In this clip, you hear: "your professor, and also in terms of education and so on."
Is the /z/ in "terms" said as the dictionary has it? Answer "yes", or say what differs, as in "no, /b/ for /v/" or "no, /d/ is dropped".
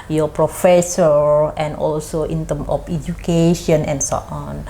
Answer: no, /z/ is dropped